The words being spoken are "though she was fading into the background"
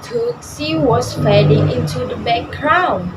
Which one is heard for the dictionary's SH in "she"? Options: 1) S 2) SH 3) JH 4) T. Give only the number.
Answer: 1